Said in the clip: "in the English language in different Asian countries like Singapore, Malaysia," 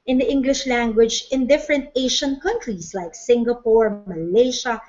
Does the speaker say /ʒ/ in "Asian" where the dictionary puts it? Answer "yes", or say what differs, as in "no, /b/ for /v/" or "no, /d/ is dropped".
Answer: no, /ʃ/ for /ʒ/